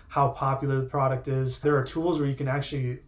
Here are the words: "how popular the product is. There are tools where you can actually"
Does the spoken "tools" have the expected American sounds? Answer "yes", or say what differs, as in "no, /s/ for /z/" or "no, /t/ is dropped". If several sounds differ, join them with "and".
yes